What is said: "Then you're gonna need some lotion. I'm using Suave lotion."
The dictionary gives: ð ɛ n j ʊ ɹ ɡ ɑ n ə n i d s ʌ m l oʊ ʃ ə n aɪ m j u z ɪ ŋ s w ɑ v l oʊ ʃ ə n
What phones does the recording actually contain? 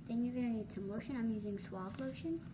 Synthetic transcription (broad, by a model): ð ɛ n j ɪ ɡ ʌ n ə n i d s ʌ m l oʊ ʃ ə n aɪ m j u z ɪ ŋ s w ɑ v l oʊ ʃ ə n